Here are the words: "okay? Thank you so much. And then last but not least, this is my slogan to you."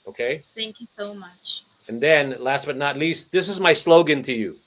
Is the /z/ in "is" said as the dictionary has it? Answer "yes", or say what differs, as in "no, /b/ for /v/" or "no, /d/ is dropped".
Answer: yes